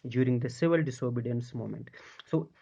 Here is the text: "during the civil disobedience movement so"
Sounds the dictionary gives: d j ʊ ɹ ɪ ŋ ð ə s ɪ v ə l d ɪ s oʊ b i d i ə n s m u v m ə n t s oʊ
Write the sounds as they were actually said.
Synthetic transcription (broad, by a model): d j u ɹ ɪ ŋ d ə s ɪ v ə l d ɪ s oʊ b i d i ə n s m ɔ m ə n t s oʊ